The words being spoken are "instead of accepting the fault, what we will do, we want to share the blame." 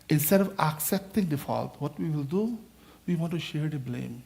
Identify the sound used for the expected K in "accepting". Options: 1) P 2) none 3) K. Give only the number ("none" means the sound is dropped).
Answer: 3